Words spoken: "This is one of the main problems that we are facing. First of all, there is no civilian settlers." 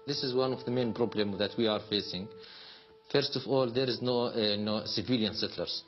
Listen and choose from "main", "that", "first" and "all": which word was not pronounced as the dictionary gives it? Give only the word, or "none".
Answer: none